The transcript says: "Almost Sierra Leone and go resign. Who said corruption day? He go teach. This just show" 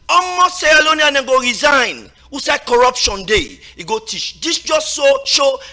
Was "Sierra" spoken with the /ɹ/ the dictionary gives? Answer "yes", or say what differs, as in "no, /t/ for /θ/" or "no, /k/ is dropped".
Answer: no, /l/ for /ɹ/